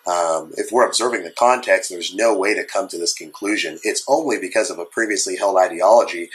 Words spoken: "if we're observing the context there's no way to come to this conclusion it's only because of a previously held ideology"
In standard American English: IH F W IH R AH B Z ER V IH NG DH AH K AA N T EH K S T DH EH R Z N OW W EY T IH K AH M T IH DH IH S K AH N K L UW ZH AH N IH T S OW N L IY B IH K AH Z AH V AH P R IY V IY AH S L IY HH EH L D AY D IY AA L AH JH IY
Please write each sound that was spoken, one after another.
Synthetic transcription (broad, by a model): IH F W IH R AH B Z ER V IH NG DH AH K AA N T EH K S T DH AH R Z N OW W EY T IH K AH M T IH DH IH S K AH N K L UW ZH AH N IH T S OW N L IY B IH K AH Z AH V AH P R IY V IY AH S L IY HH EH L D AY D IY AA L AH JH IY